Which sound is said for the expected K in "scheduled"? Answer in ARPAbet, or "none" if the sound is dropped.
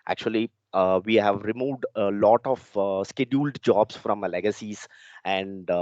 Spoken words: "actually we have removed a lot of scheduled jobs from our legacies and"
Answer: K